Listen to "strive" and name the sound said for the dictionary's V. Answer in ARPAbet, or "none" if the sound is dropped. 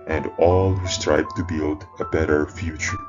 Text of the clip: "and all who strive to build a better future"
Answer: B